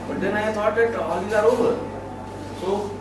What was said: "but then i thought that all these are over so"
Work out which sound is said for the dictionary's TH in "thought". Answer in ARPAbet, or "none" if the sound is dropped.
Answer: S